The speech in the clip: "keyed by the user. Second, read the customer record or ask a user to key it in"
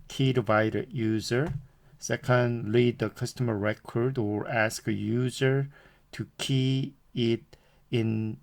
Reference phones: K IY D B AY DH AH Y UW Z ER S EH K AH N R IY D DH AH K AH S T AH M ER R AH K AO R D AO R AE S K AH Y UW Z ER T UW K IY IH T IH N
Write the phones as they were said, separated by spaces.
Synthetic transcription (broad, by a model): K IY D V AY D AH Y UW Z ER S EH K AH N L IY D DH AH K AH S T AH M ER R AH K AO R D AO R AE S K AH Y UW Z ER T UW K IY IH T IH N